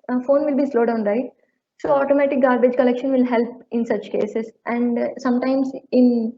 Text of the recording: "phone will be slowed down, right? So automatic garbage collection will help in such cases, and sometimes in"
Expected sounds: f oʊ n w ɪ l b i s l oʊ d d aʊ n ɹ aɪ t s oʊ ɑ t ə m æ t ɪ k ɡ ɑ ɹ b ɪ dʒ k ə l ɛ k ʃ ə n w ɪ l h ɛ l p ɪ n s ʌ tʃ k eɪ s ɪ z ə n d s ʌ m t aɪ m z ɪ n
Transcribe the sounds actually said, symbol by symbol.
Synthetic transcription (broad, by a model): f oʊ n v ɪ l b i s l oʊ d d aʊ n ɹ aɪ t s oʊ ɑ t ə m æ t ɪ k ɡ ɑ ɹ b ɪ dʒ k ə l ɛ k ʃ ə n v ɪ l h ɛ l p ɪ n s ʌ tʃ k eɪ s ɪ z ə n d s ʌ m t aɪ m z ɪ n